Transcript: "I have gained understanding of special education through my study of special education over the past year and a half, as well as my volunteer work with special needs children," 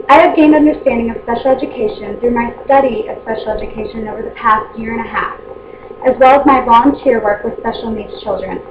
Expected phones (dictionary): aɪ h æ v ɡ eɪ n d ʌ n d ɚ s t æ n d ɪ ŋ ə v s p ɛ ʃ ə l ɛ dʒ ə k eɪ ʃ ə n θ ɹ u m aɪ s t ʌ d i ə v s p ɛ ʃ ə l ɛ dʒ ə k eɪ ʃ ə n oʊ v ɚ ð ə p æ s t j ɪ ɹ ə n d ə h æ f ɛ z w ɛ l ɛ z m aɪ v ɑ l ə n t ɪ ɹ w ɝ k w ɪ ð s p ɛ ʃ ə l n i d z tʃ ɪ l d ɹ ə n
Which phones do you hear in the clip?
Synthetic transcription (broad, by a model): aɪ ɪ v ɡ eɪ n d ʌ n d ɚ s t æ n d ɪ ŋ ə v s p ɛ ʃ l ɛ dʒ ə k eɪ ʃ ə n θ ɹ u m aɪ s t ʌ d i ə v s p ɛ ʃ l ɛ dʒ ə k eɪ ʃ ə n oʊ v ɚ ð ə p æ s t j ɪ ɹ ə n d ə h æ f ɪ z w ɛ l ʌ z m aɪ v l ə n t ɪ ɹ w ɝ k w ɪ ð s p ɛ ʃ l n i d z tʃ ɪ l d ɹ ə n